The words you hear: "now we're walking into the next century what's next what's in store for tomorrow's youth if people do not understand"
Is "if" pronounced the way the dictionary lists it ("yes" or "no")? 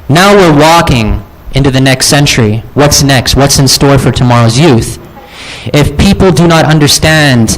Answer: yes